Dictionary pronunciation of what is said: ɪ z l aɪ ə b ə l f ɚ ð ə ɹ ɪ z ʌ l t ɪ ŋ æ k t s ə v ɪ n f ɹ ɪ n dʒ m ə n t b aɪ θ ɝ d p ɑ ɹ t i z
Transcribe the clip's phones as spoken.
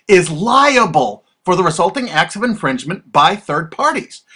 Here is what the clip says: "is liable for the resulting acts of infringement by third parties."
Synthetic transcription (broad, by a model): ɪ z l aɪ ə b ə l f ɚ ð ə ɹ ɪ z ʌ l t ɪ ŋ æ k t s ə v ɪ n f ɹ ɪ n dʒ m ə n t b aɪ θ ɝ d p ɑ ɹ t i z